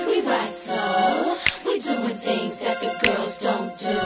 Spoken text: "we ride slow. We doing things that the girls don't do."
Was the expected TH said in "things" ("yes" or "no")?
yes